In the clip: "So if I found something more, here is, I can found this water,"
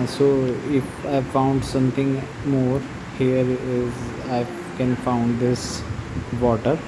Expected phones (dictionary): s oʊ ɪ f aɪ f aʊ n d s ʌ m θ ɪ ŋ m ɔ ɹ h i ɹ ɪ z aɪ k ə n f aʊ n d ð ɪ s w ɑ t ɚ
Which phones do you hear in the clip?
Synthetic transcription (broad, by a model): s oʊ ɪ f aɪ f aʊ n d s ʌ m t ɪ ŋ m ɔ ɹ h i ɹ ɪ z aɪ k ə n f aʊ n d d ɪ s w ɑ t ɚ